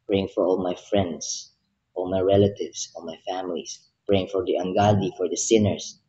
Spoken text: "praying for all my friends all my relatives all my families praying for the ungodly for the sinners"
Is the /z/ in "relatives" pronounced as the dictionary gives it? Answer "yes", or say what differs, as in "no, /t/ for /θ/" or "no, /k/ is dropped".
no, /s/ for /z/